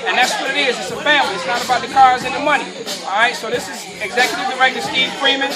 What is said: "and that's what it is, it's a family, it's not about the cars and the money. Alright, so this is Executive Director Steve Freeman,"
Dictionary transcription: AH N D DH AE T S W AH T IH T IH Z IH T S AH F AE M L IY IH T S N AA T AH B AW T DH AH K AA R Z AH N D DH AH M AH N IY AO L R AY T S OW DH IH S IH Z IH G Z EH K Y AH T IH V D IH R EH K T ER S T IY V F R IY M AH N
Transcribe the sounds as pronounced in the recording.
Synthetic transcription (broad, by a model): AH N DH AE T S W AH T IH T IH Z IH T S AH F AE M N IH T S N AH T AH B AW T DH AH K AA R Z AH N DH AH M AH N IY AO R AY T S OW DH IH S IH Z IH G Z EH K Y AH T IH V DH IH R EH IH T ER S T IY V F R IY M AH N